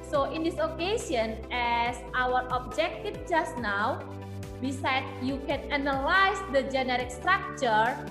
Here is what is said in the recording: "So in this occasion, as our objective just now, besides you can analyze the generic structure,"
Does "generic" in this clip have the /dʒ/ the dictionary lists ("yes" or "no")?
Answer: yes